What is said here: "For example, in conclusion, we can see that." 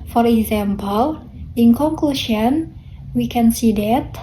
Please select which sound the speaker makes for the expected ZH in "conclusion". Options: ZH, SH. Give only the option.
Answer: SH